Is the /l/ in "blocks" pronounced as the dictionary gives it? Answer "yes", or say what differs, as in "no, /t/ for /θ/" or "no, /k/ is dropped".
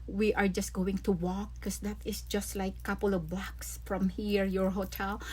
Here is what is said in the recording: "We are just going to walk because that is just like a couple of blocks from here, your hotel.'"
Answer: no, /l/ is dropped